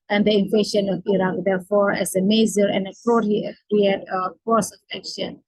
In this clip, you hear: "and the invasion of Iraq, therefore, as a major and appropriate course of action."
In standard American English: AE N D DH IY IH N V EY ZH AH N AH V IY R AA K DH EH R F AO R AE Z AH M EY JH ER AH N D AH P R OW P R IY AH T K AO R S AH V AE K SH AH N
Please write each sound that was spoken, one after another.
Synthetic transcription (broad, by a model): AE N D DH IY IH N F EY SH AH N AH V IY R AA K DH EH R F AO R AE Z AH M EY Z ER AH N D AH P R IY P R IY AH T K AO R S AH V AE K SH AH N